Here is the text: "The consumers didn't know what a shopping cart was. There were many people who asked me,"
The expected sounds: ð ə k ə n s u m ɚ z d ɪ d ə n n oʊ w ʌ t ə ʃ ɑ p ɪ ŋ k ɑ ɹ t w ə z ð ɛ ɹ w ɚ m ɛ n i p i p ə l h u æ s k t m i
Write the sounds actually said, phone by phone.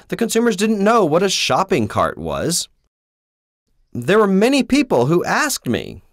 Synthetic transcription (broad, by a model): ð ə k ə n s u m ɚ z d ɪ d n n oʊ w ʌ t ə ʃ ɑ p ɪ ŋ k ɑ ɹ t w ə z ð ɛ ɹ w ɚ m ɛ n i p i p l h u æ s k t m i